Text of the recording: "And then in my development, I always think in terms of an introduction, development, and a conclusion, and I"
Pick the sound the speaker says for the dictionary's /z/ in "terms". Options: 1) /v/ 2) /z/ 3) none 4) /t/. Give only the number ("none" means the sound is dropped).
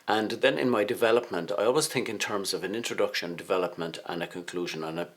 2